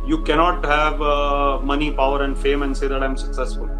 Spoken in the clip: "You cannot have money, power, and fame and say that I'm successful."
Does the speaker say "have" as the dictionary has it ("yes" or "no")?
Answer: yes